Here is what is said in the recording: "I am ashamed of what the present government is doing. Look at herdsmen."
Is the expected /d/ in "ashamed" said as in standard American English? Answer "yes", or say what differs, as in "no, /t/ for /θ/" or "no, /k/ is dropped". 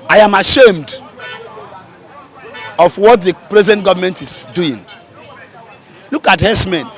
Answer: yes